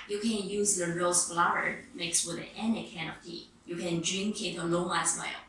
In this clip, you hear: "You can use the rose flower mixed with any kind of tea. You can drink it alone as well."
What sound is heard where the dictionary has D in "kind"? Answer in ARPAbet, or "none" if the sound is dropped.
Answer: none